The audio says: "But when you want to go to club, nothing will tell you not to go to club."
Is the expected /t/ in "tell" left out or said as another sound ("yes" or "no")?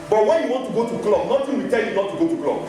no